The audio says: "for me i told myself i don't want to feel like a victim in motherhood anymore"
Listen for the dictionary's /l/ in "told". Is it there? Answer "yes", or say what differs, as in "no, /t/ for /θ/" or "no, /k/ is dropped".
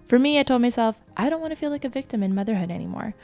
yes